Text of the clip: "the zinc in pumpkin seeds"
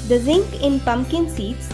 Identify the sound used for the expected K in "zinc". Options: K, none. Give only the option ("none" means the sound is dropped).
K